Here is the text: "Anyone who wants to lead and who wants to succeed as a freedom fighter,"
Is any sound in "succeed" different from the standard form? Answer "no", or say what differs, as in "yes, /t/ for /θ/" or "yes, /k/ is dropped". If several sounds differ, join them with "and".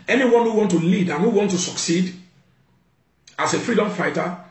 no